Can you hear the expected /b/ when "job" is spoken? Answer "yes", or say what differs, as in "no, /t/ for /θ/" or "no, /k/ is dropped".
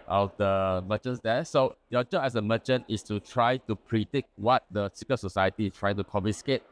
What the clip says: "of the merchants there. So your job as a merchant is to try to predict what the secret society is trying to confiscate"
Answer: no, /b/ is dropped